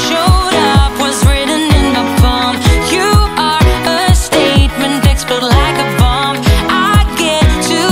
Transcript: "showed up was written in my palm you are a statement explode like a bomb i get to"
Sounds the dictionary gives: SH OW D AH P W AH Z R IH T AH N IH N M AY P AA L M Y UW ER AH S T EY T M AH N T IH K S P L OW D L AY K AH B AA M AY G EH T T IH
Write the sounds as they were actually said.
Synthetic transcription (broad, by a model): SH OW D AH P W AH Z R IH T N IH N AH B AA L M Y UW ER AH S T EY T M AH N T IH K S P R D L AY K AH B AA M AY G EH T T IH